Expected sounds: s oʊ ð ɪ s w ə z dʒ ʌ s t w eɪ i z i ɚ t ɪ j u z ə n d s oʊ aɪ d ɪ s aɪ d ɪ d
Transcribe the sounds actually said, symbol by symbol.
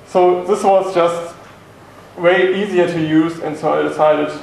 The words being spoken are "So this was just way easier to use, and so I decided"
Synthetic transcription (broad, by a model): s oʊ ð ɪ s w ə z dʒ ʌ s t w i i z i ɚ t ɪ j u z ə n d s oʊ aɪ d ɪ s aɪ d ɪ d